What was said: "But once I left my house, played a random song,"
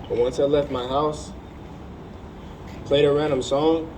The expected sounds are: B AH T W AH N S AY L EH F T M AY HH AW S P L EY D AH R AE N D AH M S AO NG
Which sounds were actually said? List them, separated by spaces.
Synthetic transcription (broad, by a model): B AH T W AH N S AY L EH F T M AY HH AW S P L EY D AH R AE N D AH M S AO NG